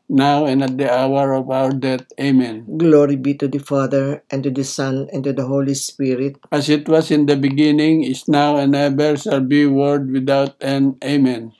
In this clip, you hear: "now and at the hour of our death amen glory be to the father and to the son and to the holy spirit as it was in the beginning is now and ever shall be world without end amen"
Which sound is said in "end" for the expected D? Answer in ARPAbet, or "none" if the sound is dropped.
none